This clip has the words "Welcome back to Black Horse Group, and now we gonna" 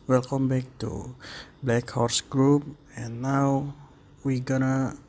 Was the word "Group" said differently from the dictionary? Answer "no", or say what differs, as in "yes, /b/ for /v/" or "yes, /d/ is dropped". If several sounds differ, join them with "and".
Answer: no